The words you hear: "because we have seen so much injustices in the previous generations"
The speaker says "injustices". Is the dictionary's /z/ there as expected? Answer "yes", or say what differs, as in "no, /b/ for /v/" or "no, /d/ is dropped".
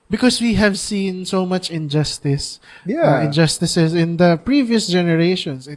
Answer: no, /s/ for /z/